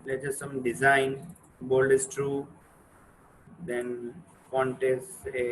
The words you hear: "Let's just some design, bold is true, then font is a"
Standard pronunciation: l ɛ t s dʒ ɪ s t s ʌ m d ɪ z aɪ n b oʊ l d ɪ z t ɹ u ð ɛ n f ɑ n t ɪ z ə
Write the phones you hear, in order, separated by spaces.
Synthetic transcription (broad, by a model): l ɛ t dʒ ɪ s s ʌ m d ɪ z aɪ n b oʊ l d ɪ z t ɹ u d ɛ n p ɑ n t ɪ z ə